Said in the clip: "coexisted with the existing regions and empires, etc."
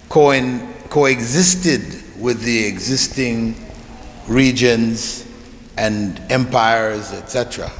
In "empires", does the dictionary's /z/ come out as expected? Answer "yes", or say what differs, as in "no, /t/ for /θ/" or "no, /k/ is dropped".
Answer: yes